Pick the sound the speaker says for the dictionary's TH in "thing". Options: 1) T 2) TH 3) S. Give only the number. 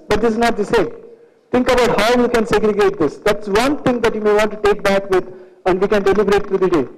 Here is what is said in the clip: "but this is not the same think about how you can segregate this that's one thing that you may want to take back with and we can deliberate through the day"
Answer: 1